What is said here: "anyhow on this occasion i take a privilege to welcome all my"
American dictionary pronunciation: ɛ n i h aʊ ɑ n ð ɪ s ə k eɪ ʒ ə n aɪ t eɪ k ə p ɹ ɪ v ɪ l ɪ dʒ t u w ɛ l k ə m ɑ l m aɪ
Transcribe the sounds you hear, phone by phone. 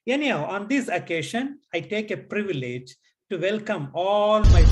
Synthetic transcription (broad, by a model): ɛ n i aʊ ɑ n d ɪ s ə k eɪ ʃ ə n aɪ t eɪ k ə p ɹ ɪ v ɪ l ɪ dʒ t u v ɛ l k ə m ɑ l m aɪ